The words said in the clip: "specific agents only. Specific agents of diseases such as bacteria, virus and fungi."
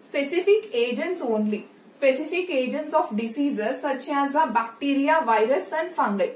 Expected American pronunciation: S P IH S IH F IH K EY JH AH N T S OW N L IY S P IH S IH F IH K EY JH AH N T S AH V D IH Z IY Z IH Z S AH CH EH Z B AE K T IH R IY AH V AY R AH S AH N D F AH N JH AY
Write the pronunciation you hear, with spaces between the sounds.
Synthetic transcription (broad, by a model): S P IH S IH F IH K EY JH AH N T S OW N L IY S P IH S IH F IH K EY JH AH N T S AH F D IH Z IY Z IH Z S AH CH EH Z B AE K T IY R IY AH V AY R AH S AH N D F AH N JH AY